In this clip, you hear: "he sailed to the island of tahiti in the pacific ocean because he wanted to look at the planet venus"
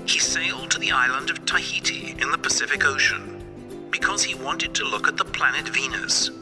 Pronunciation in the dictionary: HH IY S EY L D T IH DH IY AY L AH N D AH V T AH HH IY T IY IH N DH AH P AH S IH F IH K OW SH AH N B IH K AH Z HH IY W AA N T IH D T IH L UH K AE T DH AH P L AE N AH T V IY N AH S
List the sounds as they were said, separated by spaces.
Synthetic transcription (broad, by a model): HH IY S EY L D T IH DH IY AY L AH N D AH V T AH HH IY T IY IH N DH AH P AH S IH F IH K OW SH AH N B IH K AH Z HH IY W AA N T IH D T IH L UH K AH T DH AH P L AE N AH T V IY N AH S